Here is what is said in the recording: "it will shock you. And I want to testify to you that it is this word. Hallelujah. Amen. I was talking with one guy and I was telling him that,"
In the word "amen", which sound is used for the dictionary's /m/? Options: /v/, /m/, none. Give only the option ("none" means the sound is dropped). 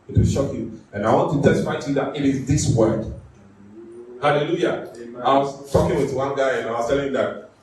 none